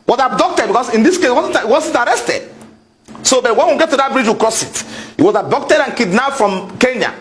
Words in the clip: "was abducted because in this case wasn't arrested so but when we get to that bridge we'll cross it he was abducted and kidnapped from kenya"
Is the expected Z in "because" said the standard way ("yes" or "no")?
no